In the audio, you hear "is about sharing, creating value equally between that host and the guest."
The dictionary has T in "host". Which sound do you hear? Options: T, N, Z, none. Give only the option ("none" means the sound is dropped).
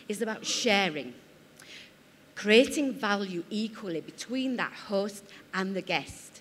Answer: T